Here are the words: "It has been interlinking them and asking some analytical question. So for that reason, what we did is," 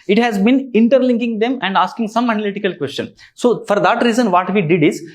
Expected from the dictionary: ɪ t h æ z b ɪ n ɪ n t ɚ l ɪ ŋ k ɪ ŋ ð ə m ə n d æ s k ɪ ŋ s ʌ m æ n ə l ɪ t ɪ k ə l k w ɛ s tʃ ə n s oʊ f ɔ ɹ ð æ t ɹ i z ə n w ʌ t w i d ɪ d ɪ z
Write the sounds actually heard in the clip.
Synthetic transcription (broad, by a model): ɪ t h æ z b ɪ n ɪ n t ɚ l ɪ ŋ k ɪ ŋ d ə m ə n d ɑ s k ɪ ŋ s ʌ m æ n ə l ɪ t ɪ k ə l k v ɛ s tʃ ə n s oʊ f ɔ ɹ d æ t ɹ i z ə n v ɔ t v i d ɪ d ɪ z